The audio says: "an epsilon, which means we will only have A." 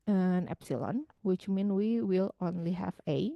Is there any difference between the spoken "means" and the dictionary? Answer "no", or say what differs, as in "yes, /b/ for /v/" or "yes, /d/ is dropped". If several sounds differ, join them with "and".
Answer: yes, /z/ is dropped